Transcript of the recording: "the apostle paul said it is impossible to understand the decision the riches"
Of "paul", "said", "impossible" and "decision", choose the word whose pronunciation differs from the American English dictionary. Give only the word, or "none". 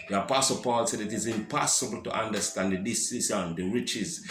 decision